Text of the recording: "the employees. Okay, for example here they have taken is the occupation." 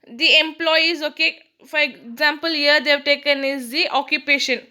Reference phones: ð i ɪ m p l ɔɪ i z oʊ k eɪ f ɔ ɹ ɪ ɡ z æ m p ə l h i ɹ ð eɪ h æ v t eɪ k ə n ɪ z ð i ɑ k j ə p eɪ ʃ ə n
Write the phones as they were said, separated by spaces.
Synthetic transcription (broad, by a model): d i ɪ m p l ɔɪ i z oʊ k eɪ f ɔ ɹ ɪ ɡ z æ m p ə l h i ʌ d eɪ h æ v t eɪ k ə n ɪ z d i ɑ k j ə p eɪ ʃ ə n